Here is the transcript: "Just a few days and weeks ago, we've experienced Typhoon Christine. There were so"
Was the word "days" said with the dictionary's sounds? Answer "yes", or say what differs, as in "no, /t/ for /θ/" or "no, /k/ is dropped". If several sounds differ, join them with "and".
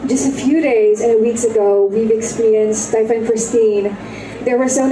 yes